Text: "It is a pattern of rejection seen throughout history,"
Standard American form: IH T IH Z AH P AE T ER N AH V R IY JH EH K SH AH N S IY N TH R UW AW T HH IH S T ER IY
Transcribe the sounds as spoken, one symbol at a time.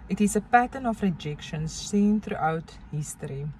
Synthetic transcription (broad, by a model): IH T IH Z AH P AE T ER N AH F R IY JH EH K SH AH N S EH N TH R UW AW T HH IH S T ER IY